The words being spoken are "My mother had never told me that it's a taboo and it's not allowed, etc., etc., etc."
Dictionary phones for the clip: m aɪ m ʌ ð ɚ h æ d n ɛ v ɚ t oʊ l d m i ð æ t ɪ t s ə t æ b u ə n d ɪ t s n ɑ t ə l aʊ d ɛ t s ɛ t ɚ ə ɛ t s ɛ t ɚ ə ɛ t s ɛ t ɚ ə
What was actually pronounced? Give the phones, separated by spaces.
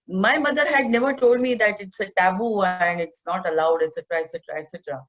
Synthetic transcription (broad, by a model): m aɪ m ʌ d ɚ h æ d n ɛ v ɚ t oʊ l d m i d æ t ɪ t s ə t æ b u ə n d ɪ t s n ɑ t ə l aʊ d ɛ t s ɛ t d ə ɛ t s ɛ t ɚ ə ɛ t s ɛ t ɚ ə